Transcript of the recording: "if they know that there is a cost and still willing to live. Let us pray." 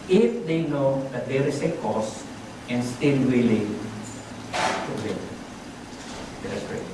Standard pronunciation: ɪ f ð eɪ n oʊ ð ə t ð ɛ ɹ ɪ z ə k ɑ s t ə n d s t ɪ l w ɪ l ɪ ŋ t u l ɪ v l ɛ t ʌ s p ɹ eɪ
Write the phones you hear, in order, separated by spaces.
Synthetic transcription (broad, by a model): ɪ f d eɪ n oʊ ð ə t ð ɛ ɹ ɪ s ə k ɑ s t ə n s t ɪ l w ɪ l ɪ ŋ t u w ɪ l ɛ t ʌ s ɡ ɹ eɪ